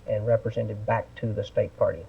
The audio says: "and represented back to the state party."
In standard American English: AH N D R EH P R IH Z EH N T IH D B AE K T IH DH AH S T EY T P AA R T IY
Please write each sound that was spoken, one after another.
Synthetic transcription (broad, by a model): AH N R EH P R IH Z EH N T IH D B AE K T IH DH AH S T EY T P AA R T IY